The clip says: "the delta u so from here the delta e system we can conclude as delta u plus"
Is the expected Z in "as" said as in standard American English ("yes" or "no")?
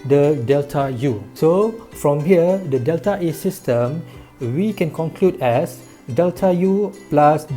no